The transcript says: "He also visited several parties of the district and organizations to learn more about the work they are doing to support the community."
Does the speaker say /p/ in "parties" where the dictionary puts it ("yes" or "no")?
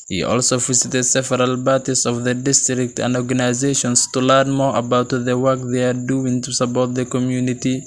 no